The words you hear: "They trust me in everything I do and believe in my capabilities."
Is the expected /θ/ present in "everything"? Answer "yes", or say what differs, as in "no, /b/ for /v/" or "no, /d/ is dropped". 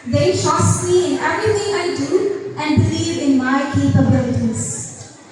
no, /t/ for /θ/